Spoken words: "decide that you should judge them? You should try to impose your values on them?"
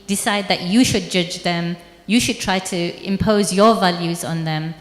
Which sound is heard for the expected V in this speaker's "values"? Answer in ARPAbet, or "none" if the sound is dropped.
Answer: V